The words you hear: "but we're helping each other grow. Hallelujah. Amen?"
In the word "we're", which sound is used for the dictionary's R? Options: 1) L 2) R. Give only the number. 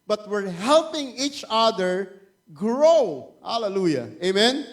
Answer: 2